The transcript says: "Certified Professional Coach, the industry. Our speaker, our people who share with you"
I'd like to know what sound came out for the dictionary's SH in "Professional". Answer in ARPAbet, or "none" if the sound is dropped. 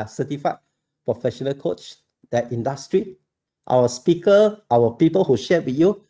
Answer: SH